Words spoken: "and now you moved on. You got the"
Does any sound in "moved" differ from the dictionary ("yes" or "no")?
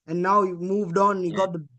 no